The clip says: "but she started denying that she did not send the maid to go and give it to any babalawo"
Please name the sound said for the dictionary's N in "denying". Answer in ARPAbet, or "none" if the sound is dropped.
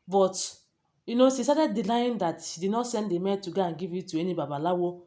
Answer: L